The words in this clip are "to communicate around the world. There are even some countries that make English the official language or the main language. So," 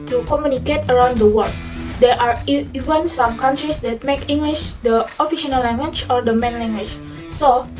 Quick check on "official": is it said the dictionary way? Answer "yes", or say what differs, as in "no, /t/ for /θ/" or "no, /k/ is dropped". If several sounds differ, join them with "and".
no, /n/ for /l/